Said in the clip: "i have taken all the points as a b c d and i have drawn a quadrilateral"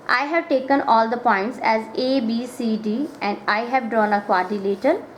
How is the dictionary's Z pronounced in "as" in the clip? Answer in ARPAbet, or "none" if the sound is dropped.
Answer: Z